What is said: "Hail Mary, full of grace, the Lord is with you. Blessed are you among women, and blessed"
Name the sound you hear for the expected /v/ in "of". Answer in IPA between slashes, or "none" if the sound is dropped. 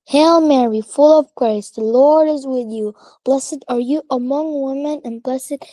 /v/